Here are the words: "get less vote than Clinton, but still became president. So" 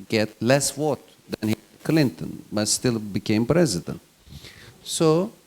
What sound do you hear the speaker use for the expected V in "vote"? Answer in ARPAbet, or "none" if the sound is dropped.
W